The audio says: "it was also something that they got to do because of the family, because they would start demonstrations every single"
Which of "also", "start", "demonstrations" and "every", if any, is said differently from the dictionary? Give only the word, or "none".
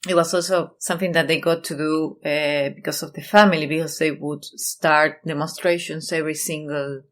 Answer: demonstrations